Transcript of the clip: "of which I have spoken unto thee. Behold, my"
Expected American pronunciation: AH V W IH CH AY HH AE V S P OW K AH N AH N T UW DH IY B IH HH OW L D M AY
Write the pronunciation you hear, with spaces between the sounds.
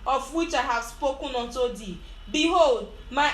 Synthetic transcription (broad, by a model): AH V W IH CH AY HH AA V S P OW K AH N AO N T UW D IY B IH HH OW L D M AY